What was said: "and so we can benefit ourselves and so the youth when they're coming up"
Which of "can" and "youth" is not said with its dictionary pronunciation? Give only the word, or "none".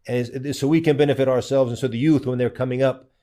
none